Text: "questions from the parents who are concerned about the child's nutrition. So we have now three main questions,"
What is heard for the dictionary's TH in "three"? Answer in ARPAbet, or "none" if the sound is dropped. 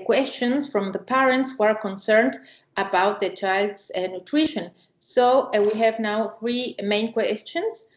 TH